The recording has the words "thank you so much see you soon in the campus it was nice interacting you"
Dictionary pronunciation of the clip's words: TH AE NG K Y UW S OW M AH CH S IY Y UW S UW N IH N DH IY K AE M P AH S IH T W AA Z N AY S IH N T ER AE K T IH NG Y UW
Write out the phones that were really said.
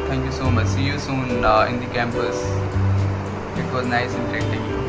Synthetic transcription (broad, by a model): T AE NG K Y UW S OW M AH CH S IY Y UW S UW N IH N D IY K AE M P AH S IH T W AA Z N AY S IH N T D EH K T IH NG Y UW